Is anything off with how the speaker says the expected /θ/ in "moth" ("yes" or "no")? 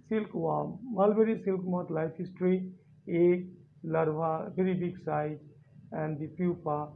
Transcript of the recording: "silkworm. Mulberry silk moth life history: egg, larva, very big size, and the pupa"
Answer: yes